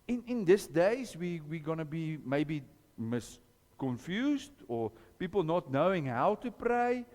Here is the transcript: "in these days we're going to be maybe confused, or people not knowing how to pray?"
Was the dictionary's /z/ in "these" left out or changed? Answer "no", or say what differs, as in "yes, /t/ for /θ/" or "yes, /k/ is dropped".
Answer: yes, /s/ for /z/